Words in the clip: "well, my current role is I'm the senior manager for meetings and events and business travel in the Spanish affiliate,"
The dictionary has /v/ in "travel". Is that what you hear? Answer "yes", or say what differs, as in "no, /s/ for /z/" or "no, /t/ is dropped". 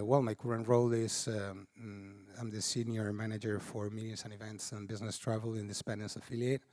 yes